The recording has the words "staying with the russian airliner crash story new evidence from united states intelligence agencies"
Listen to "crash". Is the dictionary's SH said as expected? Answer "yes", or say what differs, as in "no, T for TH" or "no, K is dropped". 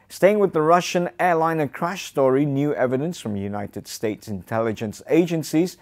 yes